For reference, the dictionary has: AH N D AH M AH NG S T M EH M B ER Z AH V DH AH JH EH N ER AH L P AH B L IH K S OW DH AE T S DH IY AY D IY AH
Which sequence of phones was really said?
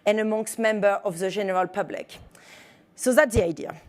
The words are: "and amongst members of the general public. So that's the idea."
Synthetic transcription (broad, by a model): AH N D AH M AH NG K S M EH M B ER AH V DH AH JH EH N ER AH L P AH B L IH K S OW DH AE T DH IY AY D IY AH